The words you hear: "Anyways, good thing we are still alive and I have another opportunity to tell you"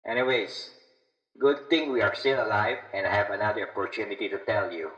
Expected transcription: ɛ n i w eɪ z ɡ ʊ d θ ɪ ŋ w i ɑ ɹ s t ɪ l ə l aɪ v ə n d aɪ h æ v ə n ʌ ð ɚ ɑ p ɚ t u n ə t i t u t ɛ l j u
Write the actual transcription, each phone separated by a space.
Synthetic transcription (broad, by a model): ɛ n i w eɪ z ɡ ʊ d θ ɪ ŋ w i ɑ ɹ s t ɪ l ə l aɪ v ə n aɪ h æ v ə n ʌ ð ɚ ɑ p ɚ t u n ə t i t u t ɛ l j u